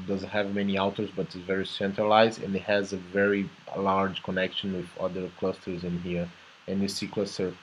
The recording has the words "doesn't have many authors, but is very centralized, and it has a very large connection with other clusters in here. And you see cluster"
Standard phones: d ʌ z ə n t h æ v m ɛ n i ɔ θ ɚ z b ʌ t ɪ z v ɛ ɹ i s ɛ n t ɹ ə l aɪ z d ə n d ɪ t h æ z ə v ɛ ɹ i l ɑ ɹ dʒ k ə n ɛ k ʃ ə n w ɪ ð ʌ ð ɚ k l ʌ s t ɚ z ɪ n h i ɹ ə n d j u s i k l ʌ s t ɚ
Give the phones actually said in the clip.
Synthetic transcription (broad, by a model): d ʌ z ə n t h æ v m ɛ n i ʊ t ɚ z b ʌ t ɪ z v ɛ ɹ i s ɛ n t ɹ ə l aɪ z d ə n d ɪ t h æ z ə v ɛ ɹ i l ɑ ɹ dʒ k ə n ɛ k ʃ ə n w ɪ ð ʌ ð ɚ k l ʌ s t ɚ z ɪ n h i ɹ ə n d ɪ s i k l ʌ s t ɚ